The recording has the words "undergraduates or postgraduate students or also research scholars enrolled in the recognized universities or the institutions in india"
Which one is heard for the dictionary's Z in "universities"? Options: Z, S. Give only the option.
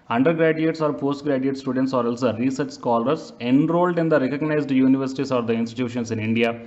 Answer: S